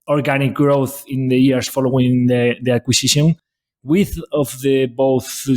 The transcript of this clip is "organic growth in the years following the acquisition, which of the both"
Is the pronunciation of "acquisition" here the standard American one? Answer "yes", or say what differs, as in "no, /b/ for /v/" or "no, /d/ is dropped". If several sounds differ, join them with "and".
no, /s/ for /z/